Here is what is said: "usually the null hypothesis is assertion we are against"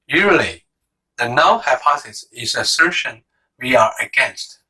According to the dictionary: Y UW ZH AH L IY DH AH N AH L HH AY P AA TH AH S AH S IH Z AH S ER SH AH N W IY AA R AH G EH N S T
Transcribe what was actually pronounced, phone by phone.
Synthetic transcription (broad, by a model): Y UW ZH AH L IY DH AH N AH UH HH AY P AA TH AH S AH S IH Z AH S ER SH AH N W IY AA R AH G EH N S T